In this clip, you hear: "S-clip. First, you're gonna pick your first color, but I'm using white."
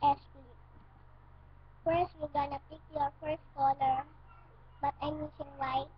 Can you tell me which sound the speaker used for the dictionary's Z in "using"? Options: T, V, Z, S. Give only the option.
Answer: S